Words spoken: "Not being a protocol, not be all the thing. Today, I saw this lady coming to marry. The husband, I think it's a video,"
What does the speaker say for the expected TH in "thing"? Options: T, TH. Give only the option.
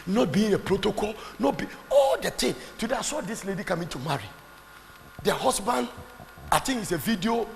T